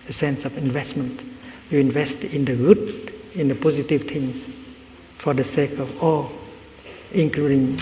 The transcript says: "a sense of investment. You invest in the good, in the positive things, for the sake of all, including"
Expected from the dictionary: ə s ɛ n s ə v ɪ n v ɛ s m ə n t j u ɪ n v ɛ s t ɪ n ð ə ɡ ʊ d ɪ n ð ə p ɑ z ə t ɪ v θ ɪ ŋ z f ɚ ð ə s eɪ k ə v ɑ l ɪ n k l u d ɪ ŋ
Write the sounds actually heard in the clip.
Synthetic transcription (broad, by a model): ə s ɛ n s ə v ɪ n v ɛ s m ə n t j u ɪ n v ɛ s t ɪ n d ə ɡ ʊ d ɪ n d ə p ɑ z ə t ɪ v t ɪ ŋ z f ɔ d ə s eɪ k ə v ɑ l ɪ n k l u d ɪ ŋ